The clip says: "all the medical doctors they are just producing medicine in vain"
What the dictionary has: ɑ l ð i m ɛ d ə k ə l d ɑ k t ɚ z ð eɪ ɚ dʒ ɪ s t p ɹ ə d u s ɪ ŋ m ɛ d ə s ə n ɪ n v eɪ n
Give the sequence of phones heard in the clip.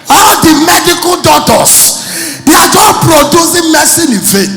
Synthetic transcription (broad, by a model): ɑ l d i m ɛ d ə k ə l d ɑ t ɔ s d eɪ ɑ dʒ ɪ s p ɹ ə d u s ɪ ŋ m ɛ s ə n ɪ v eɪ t